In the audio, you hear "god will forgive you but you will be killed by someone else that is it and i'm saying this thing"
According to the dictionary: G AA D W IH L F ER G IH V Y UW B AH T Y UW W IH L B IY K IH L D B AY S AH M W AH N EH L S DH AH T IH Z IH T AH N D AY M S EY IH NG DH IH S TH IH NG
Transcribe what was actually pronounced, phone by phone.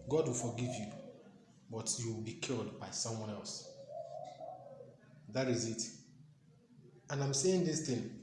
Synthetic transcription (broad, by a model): G AA D W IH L F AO G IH V Y UW B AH T Y UW W IH L B IY K IH L D B AY S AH M W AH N EH L S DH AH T IH Z IH T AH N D AY M S EY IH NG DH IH S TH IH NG